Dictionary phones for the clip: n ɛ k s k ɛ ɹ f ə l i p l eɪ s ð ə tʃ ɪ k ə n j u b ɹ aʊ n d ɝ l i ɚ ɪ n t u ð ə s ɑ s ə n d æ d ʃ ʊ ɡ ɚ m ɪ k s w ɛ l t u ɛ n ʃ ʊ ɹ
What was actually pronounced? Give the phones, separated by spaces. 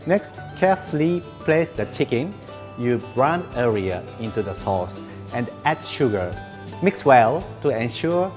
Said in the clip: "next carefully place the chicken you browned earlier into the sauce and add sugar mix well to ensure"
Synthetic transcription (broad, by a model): n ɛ k s k ɛ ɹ f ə l i p l eɪ s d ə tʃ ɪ k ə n j u b ɹ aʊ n ɝ i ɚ ɪ n t u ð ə s ɑ s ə n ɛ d ʃ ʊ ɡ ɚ m ɪ k s w ɛ l t u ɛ n ʃ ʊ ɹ